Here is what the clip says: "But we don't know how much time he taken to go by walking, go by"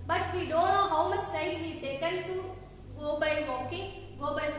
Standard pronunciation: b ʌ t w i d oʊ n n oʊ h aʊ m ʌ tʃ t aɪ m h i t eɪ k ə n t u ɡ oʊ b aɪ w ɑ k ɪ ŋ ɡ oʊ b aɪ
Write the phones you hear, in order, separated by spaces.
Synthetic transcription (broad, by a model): b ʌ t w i d oʊ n n oʊ h aʊ m ʌ tʃ s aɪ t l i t eɪ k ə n t u ɡ oʊ b aɪ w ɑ k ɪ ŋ ɡ oʊ b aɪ